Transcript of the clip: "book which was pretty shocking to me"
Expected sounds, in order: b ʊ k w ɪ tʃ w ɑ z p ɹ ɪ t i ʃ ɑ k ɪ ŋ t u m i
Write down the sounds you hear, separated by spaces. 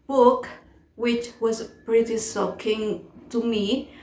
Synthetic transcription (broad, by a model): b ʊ k w ɪ tʃ w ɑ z p ɹ ɪ t i s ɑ k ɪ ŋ t u m i